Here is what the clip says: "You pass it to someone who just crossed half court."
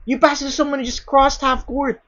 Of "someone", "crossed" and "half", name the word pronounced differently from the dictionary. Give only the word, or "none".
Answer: none